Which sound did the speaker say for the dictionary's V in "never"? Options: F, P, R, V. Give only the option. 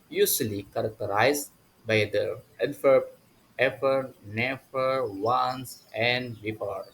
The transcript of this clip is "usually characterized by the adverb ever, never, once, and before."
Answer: F